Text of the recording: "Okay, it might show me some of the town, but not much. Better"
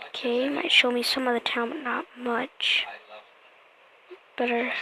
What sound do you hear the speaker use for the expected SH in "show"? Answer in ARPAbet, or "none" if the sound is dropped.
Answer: SH